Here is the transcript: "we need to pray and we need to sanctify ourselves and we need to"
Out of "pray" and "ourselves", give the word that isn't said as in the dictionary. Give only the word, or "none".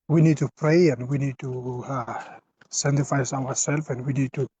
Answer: ourselves